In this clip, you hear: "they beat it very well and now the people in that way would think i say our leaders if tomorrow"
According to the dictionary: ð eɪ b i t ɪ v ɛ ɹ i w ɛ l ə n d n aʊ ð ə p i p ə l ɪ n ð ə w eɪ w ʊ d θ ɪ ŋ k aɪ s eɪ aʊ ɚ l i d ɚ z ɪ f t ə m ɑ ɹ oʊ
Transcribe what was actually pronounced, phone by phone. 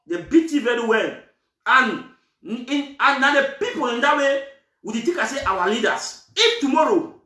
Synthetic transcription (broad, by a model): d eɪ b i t ɪ v ɛ ɹ i w ɛ l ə n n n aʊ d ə p i p ə l ɪ n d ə w eɪ w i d t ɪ k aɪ s eɪ aʊ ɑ l i d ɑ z ɪ f t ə m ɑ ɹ oʊ